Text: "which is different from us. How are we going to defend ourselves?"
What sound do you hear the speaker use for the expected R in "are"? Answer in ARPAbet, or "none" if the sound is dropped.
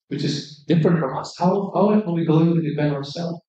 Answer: L